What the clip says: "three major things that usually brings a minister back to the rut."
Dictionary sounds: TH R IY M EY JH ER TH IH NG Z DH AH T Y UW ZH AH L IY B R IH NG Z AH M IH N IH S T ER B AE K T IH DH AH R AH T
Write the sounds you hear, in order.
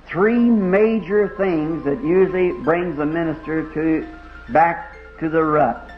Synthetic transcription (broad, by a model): TH R IY M EY JH ER TH IH NG Z DH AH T Y UW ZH L IY B R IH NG Z AH M IH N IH S T ER B AE K T IH DH AH R AH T